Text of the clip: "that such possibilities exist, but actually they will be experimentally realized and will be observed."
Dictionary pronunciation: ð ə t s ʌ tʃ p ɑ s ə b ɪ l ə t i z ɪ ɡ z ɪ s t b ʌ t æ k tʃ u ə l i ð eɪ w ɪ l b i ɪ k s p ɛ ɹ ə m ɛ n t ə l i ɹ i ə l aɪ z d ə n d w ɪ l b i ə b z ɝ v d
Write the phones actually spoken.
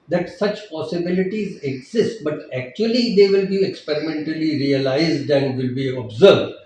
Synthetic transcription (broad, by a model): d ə t s ʌ tʃ p ɑ s ə b ɪ l ə t i z ɪ ɡ z ɪ s t b ʌ t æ k tʃ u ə l i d eɪ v ɪ l b i ɪ k s p ɛ ɹ ə m ɛ n t ə l i ɹ i ə l aɪ z d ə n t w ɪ l b i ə b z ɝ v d